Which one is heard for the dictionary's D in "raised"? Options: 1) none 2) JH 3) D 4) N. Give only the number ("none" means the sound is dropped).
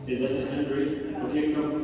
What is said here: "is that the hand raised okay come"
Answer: 1